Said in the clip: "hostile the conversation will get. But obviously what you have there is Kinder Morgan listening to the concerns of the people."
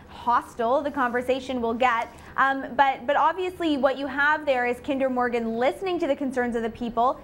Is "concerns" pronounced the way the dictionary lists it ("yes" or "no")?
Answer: yes